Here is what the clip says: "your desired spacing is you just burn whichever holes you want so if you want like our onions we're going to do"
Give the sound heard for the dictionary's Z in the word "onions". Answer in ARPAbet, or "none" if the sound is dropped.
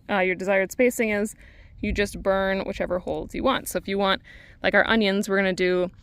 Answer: Z